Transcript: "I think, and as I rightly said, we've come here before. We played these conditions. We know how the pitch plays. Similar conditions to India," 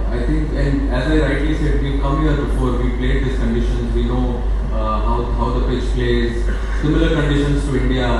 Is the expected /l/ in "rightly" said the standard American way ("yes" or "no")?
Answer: yes